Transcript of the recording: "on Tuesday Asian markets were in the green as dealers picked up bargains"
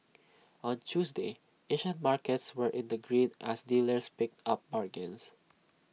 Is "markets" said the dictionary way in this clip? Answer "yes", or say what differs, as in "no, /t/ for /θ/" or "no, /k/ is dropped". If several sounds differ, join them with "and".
yes